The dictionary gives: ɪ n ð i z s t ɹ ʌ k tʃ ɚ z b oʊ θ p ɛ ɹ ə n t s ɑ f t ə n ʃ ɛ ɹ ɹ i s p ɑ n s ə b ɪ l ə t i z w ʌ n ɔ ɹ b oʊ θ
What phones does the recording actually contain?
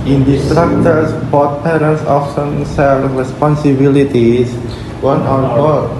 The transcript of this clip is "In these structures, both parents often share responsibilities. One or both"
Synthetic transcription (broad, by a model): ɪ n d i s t ɹ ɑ k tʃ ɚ s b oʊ t p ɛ ɹ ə n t s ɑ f s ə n s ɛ l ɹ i s p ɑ n s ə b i l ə t i s w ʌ n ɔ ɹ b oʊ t